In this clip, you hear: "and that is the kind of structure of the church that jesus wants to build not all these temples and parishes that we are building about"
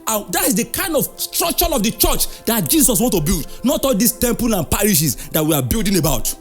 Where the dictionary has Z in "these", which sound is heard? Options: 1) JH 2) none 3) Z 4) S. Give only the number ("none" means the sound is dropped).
4